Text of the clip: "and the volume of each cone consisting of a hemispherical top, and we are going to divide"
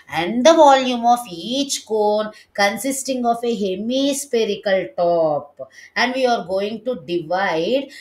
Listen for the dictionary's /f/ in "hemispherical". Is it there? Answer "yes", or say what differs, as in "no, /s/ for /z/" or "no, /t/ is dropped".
no, /p/ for /f/